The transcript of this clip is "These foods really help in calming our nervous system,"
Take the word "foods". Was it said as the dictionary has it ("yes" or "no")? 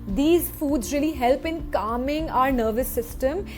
yes